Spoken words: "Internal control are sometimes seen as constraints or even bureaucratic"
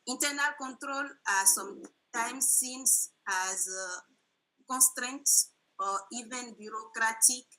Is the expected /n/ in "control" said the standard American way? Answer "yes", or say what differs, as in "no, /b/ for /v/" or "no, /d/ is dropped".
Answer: yes